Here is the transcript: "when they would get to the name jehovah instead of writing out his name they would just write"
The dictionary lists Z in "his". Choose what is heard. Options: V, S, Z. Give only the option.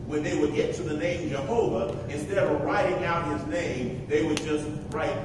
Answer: Z